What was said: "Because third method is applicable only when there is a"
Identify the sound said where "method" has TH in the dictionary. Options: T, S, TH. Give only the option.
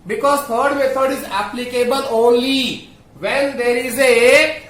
T